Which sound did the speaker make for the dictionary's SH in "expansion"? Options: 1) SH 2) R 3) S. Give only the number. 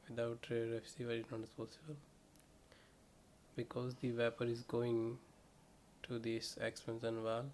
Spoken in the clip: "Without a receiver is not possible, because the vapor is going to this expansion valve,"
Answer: 3